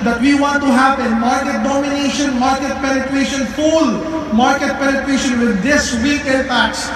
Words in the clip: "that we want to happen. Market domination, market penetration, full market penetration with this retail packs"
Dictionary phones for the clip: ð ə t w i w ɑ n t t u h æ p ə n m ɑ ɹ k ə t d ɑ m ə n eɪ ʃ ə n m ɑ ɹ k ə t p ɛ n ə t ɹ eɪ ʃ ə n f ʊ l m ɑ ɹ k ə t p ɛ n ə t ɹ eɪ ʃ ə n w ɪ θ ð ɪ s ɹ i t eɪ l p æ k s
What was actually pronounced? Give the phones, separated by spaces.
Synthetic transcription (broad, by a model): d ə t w i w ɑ n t t u h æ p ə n m ɑ ɹ k ə t d ɑ m ə n eɪ ʃ ə n m ɑ ɹ k ə t p ɛ n ə t ɹ eɪ ʃ ə n f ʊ l m ɑ ɹ k ə t p ɛ n ə t ɹ eɪ ʃ ə n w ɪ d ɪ s w i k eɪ n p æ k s